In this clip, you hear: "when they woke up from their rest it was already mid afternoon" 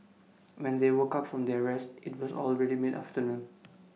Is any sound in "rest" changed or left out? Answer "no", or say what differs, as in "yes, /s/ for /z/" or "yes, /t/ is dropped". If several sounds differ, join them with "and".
no